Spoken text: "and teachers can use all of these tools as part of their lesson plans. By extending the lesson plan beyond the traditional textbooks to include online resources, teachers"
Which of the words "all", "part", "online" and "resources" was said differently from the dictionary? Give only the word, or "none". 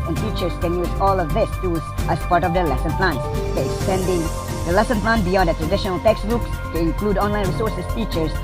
resources